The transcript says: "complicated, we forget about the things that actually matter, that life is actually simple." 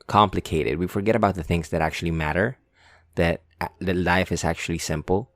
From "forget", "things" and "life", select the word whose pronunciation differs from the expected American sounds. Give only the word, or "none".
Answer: none